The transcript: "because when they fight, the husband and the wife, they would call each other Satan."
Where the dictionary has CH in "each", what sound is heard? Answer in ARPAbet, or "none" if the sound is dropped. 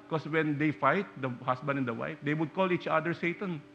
CH